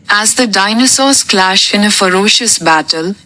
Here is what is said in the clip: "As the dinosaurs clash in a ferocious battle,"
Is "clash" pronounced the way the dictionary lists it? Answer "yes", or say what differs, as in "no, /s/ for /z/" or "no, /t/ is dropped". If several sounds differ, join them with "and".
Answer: yes